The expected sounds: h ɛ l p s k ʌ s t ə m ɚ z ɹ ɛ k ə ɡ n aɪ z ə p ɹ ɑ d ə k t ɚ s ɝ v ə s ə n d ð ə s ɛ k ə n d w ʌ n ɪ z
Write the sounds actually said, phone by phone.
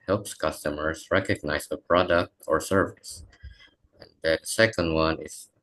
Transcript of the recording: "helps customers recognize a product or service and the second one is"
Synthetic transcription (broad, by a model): h ɛ l p s k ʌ s t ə m ɚ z ɹ ɛ k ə ɡ n aɪ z ə p ɹ ɑ d ə k t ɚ s ɝ v ə s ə n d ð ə s ɛ k ə n d w ʌ n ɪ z